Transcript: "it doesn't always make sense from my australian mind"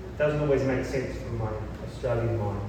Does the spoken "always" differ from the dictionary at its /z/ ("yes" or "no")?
no